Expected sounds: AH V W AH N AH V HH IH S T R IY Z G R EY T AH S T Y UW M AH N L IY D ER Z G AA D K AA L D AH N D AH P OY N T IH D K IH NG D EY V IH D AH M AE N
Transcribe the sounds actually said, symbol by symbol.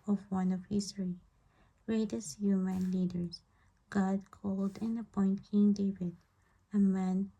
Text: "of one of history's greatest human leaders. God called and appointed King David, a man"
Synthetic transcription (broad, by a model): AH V W AH N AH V HH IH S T R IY G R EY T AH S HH Y UW M AH N L IY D ER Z G AA D K AA L D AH N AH P OY N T K IH NG D EY V IH D AH M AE N